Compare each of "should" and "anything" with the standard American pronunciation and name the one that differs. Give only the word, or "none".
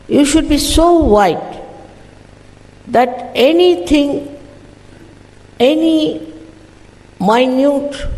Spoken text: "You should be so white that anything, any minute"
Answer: anything